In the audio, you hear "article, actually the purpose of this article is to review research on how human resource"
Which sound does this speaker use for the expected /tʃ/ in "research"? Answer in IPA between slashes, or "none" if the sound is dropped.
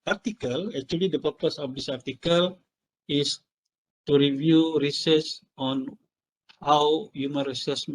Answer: /s/